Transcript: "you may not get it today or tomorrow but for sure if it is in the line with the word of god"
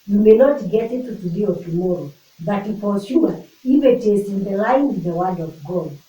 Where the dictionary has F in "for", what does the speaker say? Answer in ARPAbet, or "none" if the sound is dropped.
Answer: P